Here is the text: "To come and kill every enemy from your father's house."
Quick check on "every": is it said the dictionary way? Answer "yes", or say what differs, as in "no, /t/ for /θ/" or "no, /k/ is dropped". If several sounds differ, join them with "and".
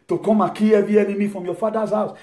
no, /ɹ/ is dropped